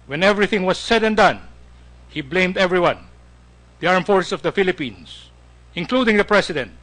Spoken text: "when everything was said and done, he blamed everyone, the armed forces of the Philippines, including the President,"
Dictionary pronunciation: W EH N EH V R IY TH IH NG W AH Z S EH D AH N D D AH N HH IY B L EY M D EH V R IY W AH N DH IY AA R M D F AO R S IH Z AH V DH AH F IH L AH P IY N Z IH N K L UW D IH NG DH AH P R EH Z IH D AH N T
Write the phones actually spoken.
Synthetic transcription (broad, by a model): W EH N EH V R IY TH IH NG W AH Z S EH D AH N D D AH N HH IY B L EY M D EH V R IY W AH N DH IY AA R M F AO R S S AH V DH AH F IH L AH P IY N S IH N K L UW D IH NG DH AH P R EH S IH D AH N T